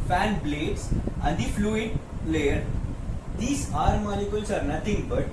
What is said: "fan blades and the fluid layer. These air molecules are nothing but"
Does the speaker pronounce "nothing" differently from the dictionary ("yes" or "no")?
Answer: yes